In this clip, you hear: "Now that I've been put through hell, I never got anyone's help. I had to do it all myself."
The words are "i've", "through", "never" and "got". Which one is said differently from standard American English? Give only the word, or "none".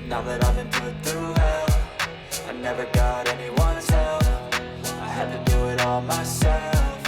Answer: none